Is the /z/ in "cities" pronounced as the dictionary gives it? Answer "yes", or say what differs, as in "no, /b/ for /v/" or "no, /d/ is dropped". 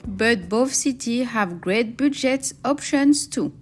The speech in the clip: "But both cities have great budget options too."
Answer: no, /z/ is dropped